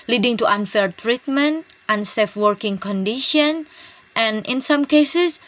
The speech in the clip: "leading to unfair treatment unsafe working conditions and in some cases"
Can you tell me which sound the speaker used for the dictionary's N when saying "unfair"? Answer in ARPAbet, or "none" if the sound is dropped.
N